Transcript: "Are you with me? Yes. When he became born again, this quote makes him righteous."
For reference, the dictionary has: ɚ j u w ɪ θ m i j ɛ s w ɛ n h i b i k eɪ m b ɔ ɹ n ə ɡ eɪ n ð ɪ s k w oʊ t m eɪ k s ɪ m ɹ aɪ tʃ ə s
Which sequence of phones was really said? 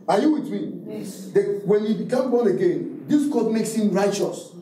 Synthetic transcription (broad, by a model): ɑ j u w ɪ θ m i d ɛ w ɛ n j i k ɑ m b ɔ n ə ɡ eɪ n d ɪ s k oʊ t m eɪ k s ɪ m ɹ aɪ tʃ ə s